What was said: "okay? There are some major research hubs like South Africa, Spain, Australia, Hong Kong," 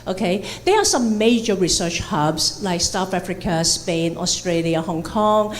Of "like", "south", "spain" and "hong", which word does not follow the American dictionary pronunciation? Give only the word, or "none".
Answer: south